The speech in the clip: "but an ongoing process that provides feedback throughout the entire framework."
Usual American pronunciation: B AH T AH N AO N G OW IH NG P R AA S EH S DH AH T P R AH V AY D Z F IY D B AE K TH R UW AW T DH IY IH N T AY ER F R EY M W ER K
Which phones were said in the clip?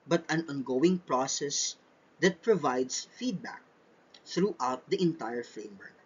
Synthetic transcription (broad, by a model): B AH T AH N AO N G OW IH NG P R AA S EH S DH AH T P R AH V AY D S F IY D B AE K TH R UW AW T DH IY IH N T AY ER F R EY M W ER K